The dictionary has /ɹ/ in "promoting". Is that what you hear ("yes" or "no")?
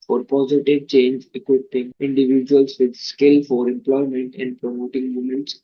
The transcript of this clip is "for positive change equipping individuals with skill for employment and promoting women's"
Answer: yes